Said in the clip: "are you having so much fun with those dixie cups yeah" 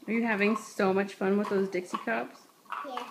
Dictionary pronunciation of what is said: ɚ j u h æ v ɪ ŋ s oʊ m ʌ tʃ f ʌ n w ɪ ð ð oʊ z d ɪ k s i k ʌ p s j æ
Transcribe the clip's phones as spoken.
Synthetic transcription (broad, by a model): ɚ j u h æ v ɪ ŋ s oʊ m ʌ tʃ f ʌ n w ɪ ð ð oʊ z d ɪ k s i k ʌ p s